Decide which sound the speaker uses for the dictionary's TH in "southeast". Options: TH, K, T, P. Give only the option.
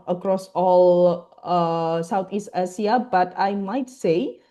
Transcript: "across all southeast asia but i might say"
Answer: T